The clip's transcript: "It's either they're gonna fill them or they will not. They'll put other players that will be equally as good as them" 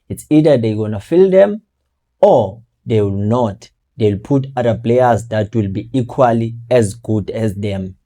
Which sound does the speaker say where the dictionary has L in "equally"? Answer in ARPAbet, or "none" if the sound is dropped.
L